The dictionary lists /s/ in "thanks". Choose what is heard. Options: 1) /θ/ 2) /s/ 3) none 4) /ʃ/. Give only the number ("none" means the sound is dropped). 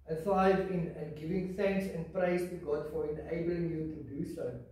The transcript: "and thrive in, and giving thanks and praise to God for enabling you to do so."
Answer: 2